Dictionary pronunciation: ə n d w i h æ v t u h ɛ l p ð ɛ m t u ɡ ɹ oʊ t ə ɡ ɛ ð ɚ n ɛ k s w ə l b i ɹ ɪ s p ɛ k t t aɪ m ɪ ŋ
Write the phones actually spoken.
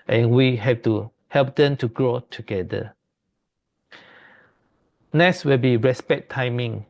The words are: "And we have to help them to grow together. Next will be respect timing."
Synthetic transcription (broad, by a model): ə n w i h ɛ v t u h ɛ l p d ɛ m t u ɡ ɹ oʊ t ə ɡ ɛ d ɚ n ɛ s w ə l b i ɹ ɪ s p ɛ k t t aɪ m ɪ ŋ